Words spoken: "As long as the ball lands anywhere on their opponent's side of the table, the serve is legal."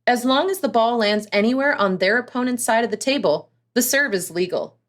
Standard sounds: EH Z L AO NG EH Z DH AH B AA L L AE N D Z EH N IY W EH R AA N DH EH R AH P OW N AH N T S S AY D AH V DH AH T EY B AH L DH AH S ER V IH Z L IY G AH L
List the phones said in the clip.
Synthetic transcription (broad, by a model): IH Z L AO NG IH Z DH AH B AA L L AE N D Z EH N IY W EH R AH N DH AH R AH P OW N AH N T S S AY D AH V DH AH T EY B AH L DH AH S ER V IH Z L IY G L